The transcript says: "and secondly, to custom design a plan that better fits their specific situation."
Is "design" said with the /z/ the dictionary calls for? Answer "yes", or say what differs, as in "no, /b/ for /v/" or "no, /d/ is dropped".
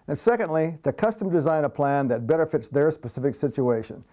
yes